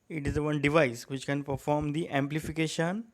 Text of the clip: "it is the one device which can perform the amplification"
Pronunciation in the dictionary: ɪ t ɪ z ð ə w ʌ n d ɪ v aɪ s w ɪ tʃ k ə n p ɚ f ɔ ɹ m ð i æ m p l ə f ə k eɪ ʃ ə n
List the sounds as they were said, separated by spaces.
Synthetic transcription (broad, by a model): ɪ t ɪ z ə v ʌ n d ɪ v aɪ s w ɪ tʃ k ə n p ɚ f ɔ ɹ m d i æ m p l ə f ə k eɪ ʃ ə n